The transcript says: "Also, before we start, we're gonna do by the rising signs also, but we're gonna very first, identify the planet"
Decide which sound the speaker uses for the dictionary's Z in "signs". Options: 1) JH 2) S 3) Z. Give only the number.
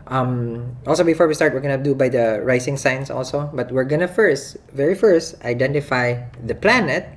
2